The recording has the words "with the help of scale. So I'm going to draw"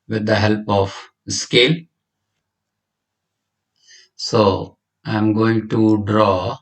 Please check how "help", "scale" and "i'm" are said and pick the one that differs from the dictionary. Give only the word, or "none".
none